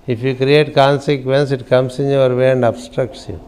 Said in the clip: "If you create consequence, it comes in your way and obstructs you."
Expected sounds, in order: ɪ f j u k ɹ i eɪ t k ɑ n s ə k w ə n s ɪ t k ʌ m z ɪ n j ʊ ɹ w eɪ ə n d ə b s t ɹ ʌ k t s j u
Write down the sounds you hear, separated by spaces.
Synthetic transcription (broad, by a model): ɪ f j u k ɹ i eɪ t k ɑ n s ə k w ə n s ɪ t k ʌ m s ɪ n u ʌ ɹ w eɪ ə n d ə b s t ɹ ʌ k t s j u